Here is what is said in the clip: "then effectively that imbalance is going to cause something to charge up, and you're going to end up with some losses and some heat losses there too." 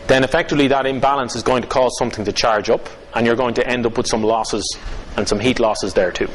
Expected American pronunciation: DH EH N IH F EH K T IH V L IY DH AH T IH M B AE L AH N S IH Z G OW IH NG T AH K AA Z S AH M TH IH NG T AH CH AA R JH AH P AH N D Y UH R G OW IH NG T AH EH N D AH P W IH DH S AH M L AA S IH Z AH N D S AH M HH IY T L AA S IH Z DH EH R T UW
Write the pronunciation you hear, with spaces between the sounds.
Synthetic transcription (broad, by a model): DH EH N IH F EH K T IH V L IY DH AH T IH M B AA L AH N S IH Z G OW IH NG T AH K AA Z S AH M TH IH NG T AH CH AA R JH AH P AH N Y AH R G OW IH NG T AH EH N D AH P W IH DH S AH M L AA S IH Z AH N S AH M HH IY T L AA S IH Z DH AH R T UW